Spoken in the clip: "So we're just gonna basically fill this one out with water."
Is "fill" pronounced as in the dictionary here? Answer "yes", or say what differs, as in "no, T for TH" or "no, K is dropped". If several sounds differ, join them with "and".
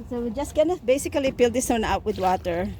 no, P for F